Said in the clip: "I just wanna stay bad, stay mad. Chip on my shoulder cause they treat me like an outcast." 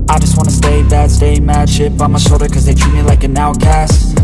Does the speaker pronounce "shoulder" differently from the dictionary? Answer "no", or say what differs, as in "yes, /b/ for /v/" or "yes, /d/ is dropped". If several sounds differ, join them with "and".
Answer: yes, /l/ is dropped